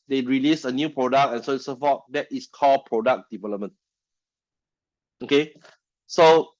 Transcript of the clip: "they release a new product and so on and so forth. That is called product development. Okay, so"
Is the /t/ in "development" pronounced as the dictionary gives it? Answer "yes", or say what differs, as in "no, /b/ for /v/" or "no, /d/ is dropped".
no, /t/ is dropped